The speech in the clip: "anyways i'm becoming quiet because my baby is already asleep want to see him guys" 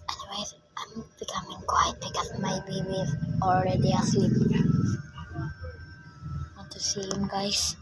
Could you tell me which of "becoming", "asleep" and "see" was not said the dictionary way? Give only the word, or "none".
asleep